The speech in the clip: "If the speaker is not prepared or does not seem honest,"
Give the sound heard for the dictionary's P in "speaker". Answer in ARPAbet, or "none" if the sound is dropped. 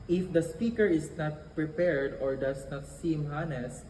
P